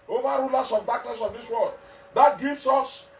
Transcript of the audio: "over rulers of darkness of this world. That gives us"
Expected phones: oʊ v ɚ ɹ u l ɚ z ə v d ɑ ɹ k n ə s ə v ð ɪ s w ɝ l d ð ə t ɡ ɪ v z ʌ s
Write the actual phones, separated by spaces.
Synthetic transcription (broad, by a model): oʊ v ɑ ɹ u l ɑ s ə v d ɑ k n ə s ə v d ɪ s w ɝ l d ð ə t ɡ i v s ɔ s